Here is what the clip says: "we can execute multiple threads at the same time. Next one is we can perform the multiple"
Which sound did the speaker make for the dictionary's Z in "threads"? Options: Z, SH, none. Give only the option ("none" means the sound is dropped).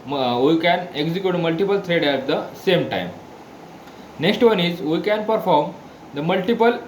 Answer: none